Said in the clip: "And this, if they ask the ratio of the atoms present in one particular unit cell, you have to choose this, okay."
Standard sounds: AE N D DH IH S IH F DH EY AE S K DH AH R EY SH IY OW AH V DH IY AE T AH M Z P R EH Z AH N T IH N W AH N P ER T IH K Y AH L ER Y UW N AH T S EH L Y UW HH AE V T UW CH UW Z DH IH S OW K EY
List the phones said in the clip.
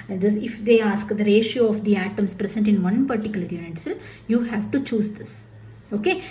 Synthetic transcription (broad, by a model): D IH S IH F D EY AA S K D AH R EY SH IY OW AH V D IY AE T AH M S P R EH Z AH N T IH N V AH N P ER T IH K Y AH L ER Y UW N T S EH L Y UW HH AE V T UW CH UW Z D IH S OW K EY